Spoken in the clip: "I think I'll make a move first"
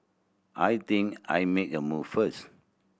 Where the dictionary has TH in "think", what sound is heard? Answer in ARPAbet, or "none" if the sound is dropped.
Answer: T